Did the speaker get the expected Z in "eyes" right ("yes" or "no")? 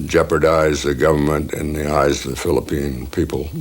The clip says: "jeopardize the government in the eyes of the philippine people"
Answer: yes